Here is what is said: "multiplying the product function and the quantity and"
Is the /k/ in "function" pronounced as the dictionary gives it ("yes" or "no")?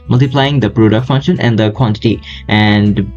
yes